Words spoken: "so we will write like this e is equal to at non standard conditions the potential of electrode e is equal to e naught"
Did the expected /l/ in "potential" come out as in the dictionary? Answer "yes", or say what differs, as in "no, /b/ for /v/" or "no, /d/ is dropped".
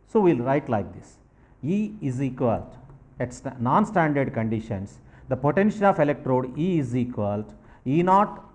no, /n/ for /l/